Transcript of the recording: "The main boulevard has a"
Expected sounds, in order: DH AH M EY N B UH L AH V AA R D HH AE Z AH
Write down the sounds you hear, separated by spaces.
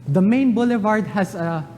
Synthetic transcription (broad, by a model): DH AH M EY N B UH L AH V AA R D HH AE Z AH